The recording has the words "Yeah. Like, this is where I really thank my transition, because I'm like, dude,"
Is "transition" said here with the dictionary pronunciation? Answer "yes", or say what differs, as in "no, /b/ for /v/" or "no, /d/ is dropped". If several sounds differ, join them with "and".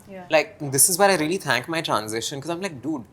yes